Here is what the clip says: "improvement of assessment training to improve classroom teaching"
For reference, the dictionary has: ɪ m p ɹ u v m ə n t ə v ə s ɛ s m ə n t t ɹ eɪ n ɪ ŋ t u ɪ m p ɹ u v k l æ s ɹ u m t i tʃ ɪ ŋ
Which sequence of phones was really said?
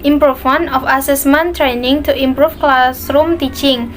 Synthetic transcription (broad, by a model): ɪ m p ɹ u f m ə n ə f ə s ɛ s m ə n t t ɹ eɪ n ɪ ŋ t u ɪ m p ɹ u f k l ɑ s ɹ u m t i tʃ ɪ ŋ